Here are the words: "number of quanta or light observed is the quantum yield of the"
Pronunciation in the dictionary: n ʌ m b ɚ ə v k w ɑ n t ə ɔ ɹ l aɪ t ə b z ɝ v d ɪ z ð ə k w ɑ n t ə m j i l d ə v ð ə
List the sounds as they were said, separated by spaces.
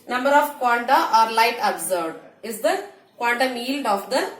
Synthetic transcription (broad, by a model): n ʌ m b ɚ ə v k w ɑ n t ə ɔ ɹ l aɪ t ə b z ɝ d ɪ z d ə k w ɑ n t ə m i l d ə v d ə